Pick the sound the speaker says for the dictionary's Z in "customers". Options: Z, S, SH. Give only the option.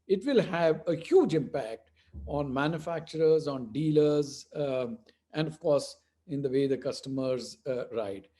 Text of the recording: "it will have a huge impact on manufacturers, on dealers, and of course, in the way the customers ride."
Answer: Z